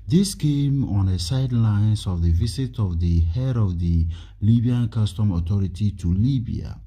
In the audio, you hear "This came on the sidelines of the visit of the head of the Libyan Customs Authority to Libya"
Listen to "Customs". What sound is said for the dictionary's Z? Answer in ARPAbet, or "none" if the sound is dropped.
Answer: none